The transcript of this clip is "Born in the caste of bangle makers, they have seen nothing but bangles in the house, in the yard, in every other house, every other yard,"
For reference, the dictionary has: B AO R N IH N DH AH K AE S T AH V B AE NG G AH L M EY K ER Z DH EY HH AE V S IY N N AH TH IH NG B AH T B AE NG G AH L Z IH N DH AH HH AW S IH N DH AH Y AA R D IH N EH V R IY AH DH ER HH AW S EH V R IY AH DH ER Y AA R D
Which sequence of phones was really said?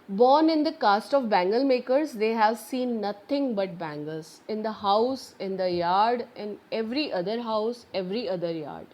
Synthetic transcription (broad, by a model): B AO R N IH N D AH K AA S T AH V B AE NG G AH L M EY K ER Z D EY HH AE V S IY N N AH T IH NG B AH T B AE NG G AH L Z IH N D AH HH AW S IH N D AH Y AA R D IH N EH V R IY AH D ER HH AW S EH V R IY AH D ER Y AA R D